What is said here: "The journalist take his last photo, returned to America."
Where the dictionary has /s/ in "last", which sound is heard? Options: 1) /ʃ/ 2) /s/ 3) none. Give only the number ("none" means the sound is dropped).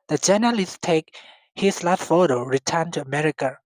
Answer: 3